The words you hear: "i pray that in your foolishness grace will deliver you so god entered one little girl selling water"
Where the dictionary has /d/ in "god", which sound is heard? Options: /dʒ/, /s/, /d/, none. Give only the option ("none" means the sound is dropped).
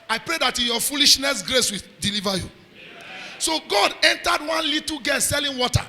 /d/